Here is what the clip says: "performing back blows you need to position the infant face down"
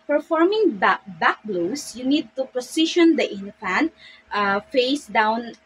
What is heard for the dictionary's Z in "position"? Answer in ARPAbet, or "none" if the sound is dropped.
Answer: S